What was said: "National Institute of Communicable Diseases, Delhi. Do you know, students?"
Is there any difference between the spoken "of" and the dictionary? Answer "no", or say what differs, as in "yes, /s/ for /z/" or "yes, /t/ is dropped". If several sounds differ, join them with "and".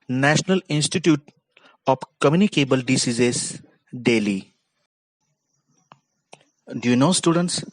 yes, /p/ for /v/